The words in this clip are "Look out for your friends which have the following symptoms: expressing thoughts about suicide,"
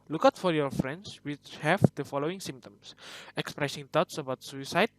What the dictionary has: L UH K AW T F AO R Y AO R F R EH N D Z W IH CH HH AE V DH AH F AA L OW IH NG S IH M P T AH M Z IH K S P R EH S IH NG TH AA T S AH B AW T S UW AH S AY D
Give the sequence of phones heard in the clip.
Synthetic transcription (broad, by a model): L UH K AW T F AO R Y AO R F R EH N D S W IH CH HH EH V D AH F AA L OW IH NG S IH M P T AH M S IH K S P R EH S IH NG T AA T S AH B AW T S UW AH S AY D